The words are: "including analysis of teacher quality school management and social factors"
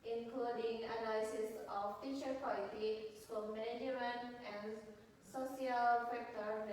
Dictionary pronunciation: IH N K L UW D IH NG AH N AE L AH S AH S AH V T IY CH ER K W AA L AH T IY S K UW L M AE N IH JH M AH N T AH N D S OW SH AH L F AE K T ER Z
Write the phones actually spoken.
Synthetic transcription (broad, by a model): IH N K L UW D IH NG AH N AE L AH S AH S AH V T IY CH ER K W AA L AH T IY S UW M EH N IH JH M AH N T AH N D S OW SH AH L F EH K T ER